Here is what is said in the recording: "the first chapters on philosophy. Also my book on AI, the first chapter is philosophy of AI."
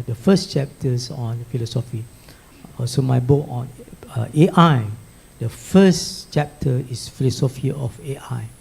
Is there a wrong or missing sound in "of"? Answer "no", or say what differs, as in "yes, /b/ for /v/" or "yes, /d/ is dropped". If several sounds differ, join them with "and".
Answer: yes, /f/ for /v/